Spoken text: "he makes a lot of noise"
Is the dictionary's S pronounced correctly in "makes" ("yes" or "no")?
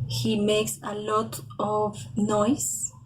yes